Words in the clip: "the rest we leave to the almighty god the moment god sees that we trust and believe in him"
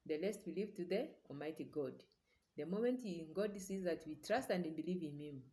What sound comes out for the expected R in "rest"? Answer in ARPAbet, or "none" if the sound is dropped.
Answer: L